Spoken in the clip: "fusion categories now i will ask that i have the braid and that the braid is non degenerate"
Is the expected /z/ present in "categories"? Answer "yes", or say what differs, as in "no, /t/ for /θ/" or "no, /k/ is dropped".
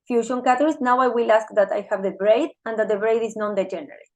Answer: no, /s/ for /z/